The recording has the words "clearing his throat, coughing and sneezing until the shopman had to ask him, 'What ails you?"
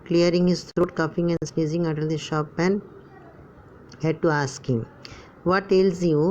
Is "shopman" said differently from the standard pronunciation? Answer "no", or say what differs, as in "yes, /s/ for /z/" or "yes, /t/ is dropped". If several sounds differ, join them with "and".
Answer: yes, /m/ is dropped